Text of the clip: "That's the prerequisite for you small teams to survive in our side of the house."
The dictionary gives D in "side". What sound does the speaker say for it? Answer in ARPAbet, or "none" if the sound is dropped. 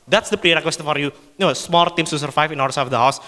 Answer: none